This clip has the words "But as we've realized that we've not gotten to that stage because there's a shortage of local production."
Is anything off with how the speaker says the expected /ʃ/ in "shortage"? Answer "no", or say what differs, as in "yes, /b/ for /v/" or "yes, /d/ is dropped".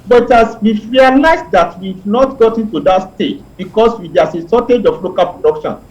yes, /s/ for /ʃ/